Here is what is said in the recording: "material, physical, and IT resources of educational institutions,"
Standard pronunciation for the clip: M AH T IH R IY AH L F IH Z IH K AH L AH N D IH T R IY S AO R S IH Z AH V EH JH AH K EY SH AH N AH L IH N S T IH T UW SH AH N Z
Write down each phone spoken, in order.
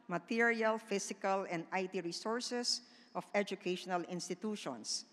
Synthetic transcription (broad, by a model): M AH T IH R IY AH L F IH S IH K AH L AH N D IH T R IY S AO R S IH S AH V EH JH AH K EY SH AH N AH L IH N S T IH T UW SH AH N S